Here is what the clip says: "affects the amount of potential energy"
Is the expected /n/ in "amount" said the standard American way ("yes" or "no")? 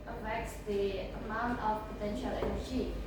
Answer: yes